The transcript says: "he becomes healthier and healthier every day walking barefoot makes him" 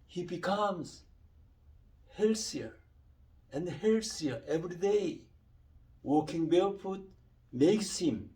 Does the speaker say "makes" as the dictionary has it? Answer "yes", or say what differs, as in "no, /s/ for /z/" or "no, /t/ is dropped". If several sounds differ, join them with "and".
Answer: yes